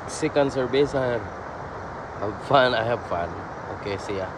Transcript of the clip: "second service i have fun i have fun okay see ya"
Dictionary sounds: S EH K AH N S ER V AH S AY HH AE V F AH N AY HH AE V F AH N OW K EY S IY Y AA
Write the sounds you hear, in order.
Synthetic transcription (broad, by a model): S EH K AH N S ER B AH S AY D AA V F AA N AY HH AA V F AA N OW K EY S IY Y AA